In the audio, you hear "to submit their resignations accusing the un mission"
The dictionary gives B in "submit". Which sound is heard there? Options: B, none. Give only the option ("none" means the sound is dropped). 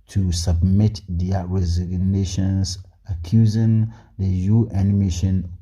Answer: B